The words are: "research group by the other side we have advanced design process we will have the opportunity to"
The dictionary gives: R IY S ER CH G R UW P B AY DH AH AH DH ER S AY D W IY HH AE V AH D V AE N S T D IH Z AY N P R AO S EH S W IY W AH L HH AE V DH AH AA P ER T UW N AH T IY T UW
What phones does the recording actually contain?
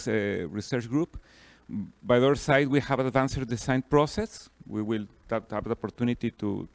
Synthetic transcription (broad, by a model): R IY S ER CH G R UW P B AY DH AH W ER S AY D W IY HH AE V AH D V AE N S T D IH S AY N P R AO S EH S W IY W AH L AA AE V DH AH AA P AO T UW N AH T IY T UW